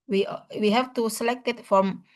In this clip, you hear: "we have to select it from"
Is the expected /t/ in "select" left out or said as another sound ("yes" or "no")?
no